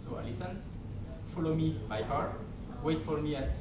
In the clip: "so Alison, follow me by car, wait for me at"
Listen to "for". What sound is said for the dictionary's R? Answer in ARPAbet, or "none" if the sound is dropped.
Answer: L